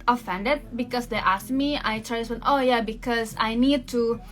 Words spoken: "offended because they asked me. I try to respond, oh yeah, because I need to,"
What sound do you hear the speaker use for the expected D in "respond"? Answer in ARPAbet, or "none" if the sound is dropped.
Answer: none